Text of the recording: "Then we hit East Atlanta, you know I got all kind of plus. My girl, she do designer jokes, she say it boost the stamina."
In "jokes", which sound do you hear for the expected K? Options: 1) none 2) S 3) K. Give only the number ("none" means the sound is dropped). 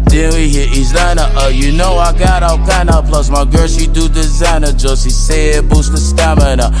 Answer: 1